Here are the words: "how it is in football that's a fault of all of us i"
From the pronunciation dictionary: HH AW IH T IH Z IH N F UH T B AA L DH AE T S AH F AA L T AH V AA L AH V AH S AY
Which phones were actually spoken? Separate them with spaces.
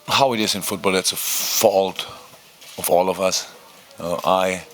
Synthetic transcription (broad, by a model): HH AW IH T IH Z IH N F UH T B AA L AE T S AH F AA L T AH V AA L AH V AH S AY